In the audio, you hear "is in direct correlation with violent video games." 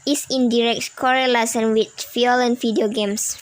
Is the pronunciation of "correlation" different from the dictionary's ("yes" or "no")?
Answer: yes